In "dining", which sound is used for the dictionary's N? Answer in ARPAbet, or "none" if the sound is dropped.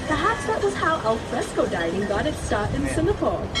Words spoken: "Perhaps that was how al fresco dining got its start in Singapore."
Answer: none